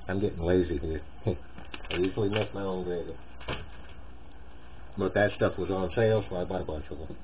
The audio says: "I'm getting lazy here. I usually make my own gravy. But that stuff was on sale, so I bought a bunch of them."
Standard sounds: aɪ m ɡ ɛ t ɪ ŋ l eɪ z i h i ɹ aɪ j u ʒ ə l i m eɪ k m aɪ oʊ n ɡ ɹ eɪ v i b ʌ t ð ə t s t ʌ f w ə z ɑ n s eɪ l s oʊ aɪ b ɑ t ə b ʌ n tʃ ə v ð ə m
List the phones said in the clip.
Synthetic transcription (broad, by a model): aɪ m ɡ ɛ t ɪ ŋ l eɪ z i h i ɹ aɪ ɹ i s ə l i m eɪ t m aɪ oʊ n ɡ ɹ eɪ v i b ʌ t ð ə t s t ʌ f w ə z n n s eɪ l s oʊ aɪ b ɑ t ə b ʌ n tʃ ə v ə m